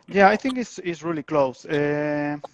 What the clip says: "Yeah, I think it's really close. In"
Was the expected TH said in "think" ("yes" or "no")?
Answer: yes